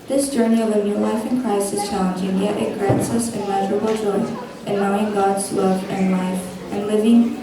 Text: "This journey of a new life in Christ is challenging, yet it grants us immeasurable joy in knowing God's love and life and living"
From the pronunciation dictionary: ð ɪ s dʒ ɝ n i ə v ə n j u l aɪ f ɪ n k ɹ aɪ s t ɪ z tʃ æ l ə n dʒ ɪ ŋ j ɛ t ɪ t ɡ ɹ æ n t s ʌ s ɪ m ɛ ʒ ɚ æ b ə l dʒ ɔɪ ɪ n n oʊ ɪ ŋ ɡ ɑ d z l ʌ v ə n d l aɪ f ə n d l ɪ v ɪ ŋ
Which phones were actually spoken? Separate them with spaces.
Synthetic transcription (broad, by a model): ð ɪ s dʒ ɝ n i ə v ə n j u l aɪ f ɪ n k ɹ aɪ s ɪ z tʃ æ l ə n dʒ ɪ ŋ j ɛ t ɪ t ɡ ɹ æ n t s ʌ s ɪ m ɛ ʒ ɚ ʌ b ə l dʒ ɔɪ ɪ n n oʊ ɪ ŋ ɡ ɑ d z l ʌ v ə n l aɪ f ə n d l ɪ v ɪ ŋ